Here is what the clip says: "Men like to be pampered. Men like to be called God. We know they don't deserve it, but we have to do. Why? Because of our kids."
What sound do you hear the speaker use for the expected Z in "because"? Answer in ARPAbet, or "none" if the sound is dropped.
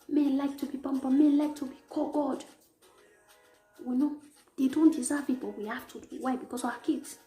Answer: S